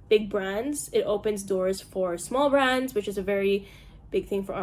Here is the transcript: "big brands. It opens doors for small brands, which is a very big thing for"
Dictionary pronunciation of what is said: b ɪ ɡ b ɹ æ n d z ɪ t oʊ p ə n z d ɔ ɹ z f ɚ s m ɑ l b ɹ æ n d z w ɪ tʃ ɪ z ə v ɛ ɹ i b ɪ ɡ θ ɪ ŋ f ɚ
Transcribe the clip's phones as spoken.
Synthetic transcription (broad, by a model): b ɪ ɡ b ɹ æ n d z ɪ t oʊ p ə n z d ɔ ɹ z f ɚ s m ɑ l b ɹ æ n d z w ɪ tʃ ɪ z ə v ɛ ɹ i b ɪ ɡ θ ɪ ŋ f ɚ